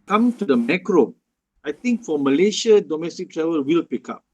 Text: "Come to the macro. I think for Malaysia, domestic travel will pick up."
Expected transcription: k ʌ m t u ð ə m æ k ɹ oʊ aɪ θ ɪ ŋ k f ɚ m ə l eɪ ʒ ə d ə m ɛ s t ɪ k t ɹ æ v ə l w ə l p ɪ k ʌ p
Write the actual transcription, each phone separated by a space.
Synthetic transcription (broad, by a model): k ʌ m t u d ə m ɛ k ɹ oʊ aɪ t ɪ ŋ k f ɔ m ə l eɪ ʃ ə d ə m ɛ s t ɪ k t ɹ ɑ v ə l w ə l p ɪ k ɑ p